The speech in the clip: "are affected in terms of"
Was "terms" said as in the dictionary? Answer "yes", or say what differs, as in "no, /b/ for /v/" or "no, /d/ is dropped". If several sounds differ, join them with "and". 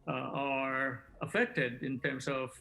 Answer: no, /s/ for /z/